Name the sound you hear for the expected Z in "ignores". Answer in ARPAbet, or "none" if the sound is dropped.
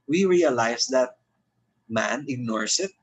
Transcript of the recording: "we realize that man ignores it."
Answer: S